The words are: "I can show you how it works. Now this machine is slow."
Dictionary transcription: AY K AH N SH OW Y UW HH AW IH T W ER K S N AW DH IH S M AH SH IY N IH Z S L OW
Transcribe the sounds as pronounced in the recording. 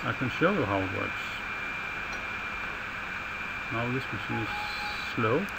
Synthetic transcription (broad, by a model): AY K AH N SH OW Y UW HH AW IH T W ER S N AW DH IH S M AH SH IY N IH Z S L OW